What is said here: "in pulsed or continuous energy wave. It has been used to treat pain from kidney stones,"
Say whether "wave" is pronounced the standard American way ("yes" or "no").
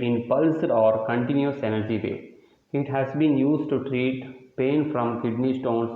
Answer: no